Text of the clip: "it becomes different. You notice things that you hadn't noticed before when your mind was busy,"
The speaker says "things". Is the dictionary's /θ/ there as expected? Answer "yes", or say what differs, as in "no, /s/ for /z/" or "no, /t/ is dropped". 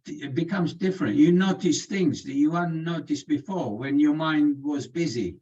yes